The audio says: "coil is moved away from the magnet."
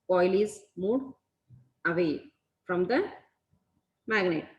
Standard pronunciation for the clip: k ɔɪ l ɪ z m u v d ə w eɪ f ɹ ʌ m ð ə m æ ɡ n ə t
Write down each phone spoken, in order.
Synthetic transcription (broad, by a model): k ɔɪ l ɪ z m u d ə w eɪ f ɹ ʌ m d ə m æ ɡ n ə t